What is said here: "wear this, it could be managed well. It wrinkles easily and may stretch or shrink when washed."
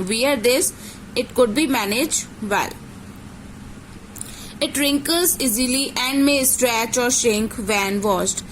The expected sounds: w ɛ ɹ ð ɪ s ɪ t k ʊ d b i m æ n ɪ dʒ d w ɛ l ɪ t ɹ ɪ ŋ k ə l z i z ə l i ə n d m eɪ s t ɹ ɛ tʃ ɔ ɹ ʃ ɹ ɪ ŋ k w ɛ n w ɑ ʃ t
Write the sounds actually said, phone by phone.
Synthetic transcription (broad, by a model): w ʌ ɹ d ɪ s ɪ t k ʊ d b i m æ n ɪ dʒ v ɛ l ɪ t ɹ ɪ ŋ k ə l z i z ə l i ə n d m eɪ s t ɹ ɛ tʃ ɔ ɹ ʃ ɪ ŋ k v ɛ n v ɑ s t